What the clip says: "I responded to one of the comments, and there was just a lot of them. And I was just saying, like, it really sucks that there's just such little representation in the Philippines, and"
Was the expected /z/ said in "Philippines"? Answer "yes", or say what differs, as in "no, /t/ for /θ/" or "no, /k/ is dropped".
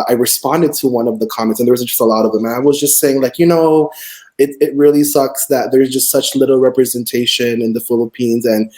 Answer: yes